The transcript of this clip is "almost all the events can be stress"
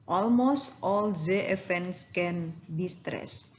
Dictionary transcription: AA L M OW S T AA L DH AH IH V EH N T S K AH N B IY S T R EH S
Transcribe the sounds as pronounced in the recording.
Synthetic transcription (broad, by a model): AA L M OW S T AA L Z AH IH F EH N S K AH N B IY S T R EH S